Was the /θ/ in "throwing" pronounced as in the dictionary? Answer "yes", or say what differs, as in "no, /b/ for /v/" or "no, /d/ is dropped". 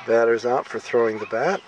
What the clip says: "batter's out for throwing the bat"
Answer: yes